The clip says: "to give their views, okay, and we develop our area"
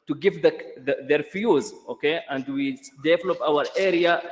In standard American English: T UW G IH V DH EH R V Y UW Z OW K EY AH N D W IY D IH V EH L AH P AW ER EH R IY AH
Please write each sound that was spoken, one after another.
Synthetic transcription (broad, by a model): T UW G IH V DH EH R F Y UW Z OW K EY AH N D W IY D IH V EH L AH P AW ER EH R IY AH